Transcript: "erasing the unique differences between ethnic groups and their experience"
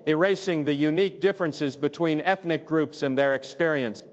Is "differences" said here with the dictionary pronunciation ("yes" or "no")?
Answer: yes